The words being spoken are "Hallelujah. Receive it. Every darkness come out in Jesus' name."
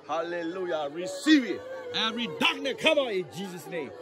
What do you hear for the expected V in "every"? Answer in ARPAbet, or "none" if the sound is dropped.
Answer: none